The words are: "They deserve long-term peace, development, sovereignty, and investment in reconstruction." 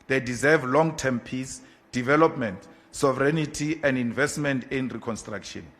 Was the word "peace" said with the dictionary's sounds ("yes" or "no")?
yes